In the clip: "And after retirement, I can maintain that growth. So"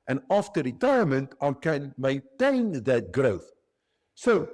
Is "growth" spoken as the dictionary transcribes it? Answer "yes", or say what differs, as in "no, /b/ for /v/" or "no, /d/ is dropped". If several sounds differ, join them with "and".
yes